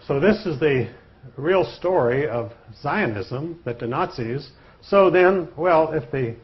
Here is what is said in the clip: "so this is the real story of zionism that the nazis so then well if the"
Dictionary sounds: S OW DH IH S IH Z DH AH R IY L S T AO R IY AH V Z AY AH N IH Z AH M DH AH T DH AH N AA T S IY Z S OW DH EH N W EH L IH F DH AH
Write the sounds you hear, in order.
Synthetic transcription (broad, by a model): S OW DH IH S IH Z DH AH R IY L S T AO R IY AH V Z AY AH N IH Z AH M DH AH T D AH N AA T S IY Z S OW DH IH N W EH L IH F DH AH